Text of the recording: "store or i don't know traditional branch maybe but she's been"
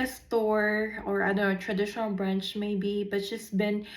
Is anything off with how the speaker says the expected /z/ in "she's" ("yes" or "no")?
yes